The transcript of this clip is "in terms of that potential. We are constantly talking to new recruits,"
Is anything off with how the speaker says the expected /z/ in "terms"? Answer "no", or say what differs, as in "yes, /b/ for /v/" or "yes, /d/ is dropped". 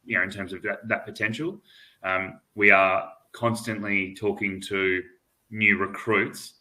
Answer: no